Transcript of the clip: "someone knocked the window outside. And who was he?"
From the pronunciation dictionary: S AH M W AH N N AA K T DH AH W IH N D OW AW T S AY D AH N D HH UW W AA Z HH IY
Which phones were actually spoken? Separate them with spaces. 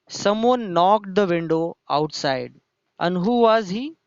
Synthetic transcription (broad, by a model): S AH M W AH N N AA K T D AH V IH N D OW AW T S AY D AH N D HH UW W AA Z HH IY